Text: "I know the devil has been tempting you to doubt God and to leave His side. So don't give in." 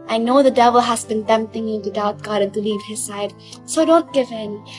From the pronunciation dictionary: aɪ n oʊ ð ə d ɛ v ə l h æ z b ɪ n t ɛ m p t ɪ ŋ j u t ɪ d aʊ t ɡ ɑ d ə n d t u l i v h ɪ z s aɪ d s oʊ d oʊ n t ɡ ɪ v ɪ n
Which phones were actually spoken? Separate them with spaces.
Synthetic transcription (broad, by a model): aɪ n oʊ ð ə d ɛ v ə l h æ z b ɪ n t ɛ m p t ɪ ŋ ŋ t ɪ d aʊ t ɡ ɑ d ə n t u l i v h ɪ z s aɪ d s oʊ d oʊ n t ɡ ɪ v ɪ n